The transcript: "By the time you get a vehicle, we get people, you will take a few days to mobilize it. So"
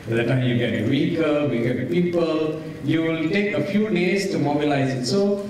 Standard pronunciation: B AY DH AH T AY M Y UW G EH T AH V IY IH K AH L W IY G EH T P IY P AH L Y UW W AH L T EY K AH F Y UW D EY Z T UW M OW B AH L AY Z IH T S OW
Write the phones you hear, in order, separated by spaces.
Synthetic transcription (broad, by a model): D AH T AY M Y UW G EH T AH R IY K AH W IY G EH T P IY P AH L Y UW W AH L T EY K AH F Y UW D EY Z T UW M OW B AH L AY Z IH T S OW